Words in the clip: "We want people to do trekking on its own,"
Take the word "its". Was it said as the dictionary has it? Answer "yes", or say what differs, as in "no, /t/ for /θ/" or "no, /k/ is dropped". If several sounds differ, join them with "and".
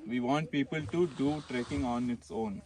yes